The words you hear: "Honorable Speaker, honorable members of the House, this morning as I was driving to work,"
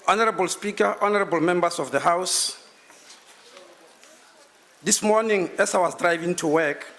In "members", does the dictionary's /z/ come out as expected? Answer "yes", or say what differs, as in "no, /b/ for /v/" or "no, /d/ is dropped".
no, /s/ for /z/